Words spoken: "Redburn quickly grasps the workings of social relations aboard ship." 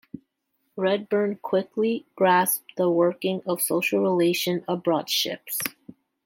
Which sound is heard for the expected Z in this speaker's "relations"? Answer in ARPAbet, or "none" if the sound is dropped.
none